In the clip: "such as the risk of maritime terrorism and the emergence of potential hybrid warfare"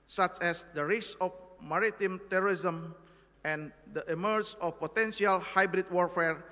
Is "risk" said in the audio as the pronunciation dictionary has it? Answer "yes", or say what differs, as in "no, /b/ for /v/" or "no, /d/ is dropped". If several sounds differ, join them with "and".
no, /k/ is dropped